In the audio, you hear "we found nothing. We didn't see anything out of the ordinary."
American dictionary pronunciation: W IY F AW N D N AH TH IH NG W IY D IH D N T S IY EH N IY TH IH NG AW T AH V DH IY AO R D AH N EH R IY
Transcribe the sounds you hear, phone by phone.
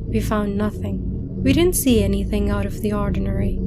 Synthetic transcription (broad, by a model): W IY F AW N N AH TH IH NG W IY D IH D N T S IY EH N IY TH IH NG AW T AH V DH IY AO R D N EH R IY